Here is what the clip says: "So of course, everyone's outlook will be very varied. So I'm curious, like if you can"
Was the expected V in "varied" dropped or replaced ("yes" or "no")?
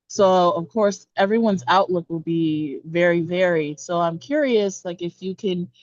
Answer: no